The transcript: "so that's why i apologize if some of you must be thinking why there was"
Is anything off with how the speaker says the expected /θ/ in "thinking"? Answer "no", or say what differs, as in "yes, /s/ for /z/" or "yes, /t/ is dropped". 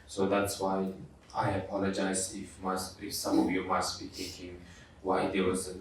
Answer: yes, /t/ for /θ/